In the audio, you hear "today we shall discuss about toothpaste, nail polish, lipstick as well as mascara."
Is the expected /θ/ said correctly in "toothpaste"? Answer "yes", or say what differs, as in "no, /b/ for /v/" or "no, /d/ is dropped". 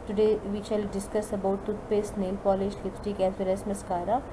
no, /t/ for /θ/